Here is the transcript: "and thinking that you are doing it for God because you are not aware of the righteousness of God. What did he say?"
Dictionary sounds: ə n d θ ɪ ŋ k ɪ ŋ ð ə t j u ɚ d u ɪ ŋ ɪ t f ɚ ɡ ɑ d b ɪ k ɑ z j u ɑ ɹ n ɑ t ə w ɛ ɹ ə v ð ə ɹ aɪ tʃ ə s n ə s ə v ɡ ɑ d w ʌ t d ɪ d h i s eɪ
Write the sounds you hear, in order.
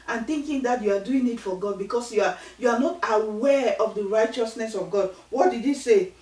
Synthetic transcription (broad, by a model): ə n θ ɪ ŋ k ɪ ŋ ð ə t j u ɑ d u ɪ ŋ ɪ t f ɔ ɡ ɑ d b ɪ k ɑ s j u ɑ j n ɑ t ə w ɛ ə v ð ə ɹ aɪ tʃ ə s n ə s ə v ɡ ɑ d w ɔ t d ɪ d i s eɪ